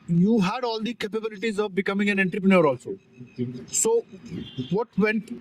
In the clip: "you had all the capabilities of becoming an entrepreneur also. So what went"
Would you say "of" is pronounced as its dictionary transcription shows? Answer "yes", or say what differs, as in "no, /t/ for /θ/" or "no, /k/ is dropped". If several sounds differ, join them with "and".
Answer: yes